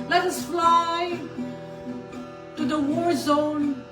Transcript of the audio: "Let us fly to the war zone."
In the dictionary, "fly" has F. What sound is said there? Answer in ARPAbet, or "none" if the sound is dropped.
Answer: F